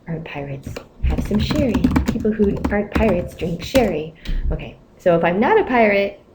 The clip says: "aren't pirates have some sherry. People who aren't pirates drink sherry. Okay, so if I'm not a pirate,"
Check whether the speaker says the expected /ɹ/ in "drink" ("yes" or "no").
yes